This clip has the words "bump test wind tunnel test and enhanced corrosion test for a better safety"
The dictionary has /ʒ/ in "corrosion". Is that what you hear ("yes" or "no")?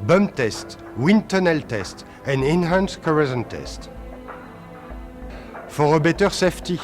no